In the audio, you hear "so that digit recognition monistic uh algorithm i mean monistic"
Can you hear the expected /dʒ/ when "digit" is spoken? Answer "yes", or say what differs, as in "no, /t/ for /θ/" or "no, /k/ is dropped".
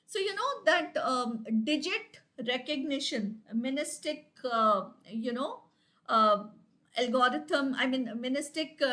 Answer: yes